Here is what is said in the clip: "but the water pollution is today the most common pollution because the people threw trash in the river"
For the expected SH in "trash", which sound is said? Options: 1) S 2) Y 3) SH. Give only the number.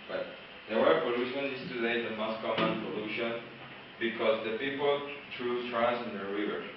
1